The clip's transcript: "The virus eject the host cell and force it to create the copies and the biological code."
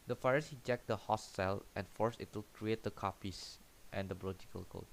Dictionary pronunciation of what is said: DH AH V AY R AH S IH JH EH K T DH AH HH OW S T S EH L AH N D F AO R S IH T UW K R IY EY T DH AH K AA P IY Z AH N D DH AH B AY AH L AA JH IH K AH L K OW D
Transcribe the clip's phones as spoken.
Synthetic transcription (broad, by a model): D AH F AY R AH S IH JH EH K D AH HH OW S T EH L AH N F AO R S IH T UW K R IY EY T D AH K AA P IY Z AH N D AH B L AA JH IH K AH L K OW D